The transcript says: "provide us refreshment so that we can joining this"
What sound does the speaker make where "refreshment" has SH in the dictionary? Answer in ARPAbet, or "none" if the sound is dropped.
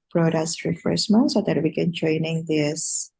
S